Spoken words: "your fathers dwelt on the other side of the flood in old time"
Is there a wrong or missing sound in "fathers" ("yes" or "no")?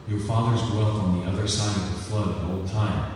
no